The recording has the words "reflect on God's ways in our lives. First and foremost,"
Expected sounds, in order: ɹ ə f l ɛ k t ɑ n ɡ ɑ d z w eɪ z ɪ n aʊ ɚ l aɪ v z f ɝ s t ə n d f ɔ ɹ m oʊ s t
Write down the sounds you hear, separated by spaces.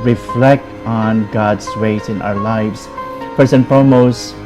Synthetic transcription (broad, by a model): ɹ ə f l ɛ k t ɑ n ɡ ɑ d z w eɪ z ɪ n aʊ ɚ l aɪ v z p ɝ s ə n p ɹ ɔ m oʊ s